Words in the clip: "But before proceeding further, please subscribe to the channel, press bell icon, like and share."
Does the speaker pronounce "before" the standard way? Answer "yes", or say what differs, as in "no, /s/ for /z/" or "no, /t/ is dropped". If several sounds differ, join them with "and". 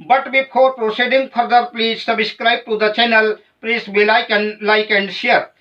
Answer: no, /p/ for /f/